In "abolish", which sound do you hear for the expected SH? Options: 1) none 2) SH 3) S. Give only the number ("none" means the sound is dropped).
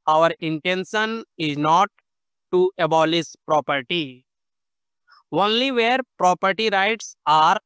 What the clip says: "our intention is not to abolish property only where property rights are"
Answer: 3